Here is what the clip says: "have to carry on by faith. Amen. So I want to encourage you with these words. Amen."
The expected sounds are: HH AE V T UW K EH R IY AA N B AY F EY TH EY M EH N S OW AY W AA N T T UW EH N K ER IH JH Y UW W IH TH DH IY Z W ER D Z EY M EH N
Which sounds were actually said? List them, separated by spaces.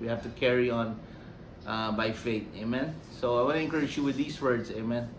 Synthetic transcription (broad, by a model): HH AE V T UW K EH R IY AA N B AY F EY T EY M EH N S OW AY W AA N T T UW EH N K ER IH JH Y UW W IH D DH IY S W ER D S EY M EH N